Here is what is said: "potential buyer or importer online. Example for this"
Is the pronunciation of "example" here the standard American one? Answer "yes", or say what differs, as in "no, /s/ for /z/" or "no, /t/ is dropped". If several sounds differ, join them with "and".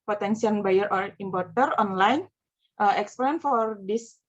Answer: no, /n/ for /l/